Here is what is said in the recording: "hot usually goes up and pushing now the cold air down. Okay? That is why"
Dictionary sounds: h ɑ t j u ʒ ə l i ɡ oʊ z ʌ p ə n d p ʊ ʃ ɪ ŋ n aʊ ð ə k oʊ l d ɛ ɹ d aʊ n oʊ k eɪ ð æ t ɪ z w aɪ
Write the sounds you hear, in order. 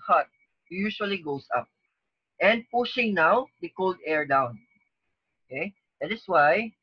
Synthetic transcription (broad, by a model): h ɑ t j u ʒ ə l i ɡ oʊ s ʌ p ə n d p ʊ ʃ ɪ ŋ n aʊ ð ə k oʊ l d ɛ ɹ d aʊ n oʊ k eɪ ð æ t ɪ s w aɪ